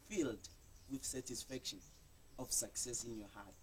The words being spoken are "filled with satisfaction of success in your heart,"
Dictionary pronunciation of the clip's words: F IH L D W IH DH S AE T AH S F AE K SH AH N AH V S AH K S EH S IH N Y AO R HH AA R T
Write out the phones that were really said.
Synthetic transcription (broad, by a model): F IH L D W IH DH S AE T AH S F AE K SH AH N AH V S AH K S EH S IH N Y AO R HH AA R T